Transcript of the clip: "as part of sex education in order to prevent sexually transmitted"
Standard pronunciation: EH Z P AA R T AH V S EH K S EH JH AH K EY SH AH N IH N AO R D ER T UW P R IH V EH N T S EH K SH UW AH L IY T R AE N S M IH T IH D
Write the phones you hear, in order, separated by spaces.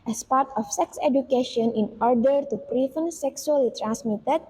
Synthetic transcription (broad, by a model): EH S P AA R T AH F S EH K S EH JH AH K EY SH AH N IH N AO R D ER T UW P R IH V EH N S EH K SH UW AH L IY T R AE N S M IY T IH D